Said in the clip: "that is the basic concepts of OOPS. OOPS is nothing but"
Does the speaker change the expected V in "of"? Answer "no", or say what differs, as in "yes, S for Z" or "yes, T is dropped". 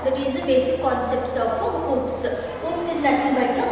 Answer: yes, P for V